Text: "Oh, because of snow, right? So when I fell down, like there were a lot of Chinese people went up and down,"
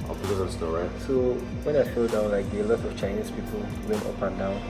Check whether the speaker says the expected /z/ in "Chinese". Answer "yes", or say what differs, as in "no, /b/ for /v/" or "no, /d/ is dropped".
no, /s/ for /z/